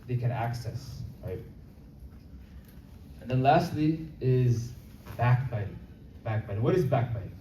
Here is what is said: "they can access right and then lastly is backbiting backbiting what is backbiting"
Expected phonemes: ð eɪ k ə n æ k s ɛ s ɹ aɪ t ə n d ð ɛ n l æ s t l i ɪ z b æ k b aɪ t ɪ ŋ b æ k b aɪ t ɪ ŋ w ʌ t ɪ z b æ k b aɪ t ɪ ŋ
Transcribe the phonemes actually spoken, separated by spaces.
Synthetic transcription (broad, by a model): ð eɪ k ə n æ k s ɛ s ɹ aɪ t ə n ð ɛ n l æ s t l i ɪ z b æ k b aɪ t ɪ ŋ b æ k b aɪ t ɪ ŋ w ʌ t ɪ z b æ k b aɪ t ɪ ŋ